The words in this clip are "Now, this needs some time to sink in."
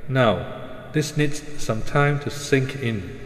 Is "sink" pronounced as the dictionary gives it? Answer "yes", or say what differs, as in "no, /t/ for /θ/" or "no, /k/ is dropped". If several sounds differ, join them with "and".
yes